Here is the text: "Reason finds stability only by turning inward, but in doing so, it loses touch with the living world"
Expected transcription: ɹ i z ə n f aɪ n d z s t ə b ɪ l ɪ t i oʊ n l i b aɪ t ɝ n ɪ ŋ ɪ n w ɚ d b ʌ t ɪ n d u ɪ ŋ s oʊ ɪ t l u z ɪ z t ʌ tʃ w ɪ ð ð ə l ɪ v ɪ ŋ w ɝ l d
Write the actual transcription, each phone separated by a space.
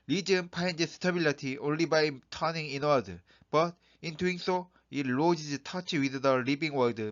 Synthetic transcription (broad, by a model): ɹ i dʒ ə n p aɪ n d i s t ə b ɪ l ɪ t i oʊ n l i b aɪ t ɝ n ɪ ŋ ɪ n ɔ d b ʌ t ɪ n d u ɪ ŋ s oʊ ɪ t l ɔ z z t ʌ tʃ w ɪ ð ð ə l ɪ b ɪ ŋ w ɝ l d